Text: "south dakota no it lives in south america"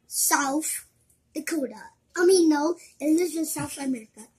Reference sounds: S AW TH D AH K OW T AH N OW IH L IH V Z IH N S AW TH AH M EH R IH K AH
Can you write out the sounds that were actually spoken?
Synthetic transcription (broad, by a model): S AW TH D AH K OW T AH N OW IH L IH Z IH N S AW TH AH M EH R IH K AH